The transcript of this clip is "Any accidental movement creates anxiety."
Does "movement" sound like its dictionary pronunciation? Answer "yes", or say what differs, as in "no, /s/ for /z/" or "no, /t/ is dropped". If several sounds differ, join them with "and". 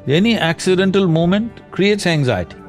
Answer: no, /v/ is dropped